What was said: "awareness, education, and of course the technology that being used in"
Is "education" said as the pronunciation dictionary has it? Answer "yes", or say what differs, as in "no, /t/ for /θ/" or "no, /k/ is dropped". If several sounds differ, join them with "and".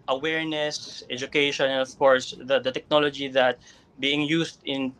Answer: no, /ʃ/ is dropped